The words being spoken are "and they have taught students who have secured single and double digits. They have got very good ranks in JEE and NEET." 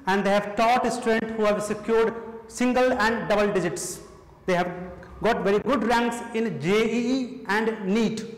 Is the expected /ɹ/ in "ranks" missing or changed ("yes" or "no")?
no